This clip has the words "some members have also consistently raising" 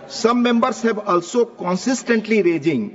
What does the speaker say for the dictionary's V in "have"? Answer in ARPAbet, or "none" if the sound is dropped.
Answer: B